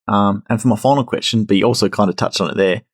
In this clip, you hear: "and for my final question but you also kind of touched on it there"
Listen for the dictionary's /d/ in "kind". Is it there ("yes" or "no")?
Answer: yes